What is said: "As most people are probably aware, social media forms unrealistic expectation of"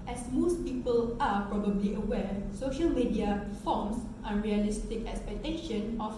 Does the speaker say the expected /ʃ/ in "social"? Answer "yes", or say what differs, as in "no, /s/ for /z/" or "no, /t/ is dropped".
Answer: yes